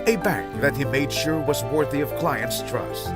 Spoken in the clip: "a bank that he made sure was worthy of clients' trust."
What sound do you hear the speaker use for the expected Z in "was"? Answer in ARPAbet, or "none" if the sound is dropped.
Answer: Z